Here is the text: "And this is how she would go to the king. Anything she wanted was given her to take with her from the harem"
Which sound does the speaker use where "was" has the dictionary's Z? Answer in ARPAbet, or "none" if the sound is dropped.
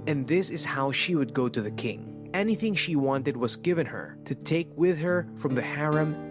Z